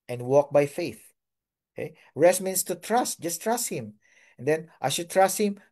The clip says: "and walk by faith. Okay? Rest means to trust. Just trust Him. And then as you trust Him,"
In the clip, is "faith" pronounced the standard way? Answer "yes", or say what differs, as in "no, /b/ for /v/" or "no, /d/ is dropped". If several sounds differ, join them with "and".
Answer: yes